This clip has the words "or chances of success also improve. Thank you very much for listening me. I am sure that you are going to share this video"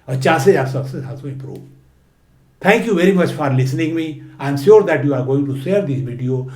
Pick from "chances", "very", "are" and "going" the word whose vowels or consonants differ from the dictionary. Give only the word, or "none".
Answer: chances